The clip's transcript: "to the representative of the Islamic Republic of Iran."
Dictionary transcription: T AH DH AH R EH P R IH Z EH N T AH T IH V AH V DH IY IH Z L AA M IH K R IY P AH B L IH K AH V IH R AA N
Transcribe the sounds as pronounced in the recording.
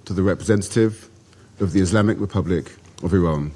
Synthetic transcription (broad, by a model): T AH DH AH R EH P R IH Z EH N T AH T IH V AH V DH IY IH Z L AA M IH K R IY P AH B L IH K AH V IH R AA N